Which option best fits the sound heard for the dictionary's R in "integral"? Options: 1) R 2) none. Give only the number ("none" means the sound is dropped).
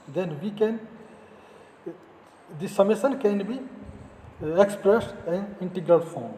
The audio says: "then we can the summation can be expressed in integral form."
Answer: 1